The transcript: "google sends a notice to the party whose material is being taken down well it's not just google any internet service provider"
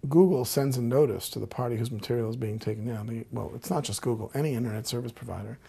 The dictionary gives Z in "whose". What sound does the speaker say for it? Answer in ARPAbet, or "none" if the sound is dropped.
Z